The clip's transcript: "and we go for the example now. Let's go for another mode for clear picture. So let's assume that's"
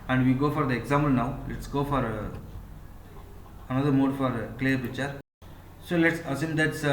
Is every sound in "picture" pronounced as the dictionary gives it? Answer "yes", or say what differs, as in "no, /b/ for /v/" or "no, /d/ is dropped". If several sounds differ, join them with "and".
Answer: no, /k/ is dropped